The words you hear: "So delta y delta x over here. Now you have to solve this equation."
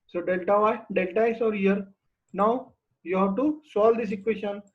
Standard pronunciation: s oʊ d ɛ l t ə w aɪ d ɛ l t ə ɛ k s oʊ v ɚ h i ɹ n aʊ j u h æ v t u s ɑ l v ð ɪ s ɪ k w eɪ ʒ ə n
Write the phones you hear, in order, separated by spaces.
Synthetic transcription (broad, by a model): s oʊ d ɛ l t ə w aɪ d ɛ l t ə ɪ s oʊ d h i ɹ n aʊ j u h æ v t u s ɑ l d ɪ s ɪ k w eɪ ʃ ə n